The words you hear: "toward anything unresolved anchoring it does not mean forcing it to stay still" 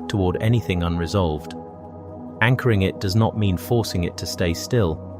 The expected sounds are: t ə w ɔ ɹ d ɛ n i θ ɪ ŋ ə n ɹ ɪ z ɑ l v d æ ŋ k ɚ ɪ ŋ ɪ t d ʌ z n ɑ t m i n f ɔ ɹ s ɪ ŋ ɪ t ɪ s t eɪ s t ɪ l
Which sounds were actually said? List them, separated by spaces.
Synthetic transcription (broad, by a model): t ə w ɔ ɹ d ɛ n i θ ɪ ŋ ə n ɹ ɪ z ɑ l v d æ ŋ k ɚ ɪ ŋ ɪ t d ʌ z n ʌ t m i n f ɔ ɹ s ɪ ŋ ɪ t ɪ s t eɪ s t ɪ l